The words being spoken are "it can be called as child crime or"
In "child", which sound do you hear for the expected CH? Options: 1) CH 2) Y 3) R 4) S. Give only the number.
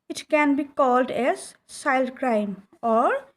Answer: 4